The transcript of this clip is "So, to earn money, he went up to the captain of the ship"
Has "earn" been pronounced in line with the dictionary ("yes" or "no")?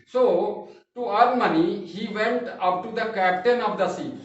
no